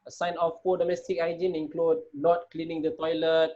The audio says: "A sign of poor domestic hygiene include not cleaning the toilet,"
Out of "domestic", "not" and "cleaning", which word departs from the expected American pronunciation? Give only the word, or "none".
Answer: none